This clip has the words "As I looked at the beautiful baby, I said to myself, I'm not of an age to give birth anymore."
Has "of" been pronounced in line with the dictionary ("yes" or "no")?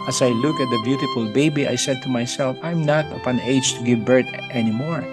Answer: no